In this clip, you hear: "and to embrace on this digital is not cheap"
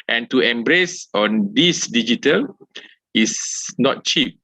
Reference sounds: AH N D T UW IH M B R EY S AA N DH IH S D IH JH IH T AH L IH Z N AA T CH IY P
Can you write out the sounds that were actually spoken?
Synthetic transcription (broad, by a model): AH N T UW IH M B R EY S AA N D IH S D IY JH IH T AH L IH S N AA T CH IY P